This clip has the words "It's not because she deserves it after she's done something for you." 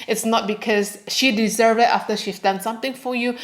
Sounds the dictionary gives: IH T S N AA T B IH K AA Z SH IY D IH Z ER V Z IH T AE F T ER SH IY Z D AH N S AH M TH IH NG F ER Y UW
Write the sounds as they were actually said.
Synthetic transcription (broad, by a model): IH T S N AA T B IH K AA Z SH IY D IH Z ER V IH T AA F T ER SH IY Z D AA N S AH M T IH NG F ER Y UW